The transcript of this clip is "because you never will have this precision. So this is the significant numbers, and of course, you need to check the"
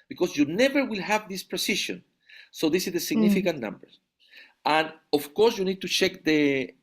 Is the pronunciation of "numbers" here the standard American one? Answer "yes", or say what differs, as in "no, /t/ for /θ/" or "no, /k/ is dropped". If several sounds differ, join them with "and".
no, /z/ is dropped